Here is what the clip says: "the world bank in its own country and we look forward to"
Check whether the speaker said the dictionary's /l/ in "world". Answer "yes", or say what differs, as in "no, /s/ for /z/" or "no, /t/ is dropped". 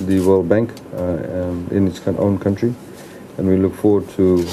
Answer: yes